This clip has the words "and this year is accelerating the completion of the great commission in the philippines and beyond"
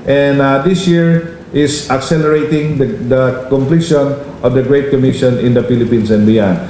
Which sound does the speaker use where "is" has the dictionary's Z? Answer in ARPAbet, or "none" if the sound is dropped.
S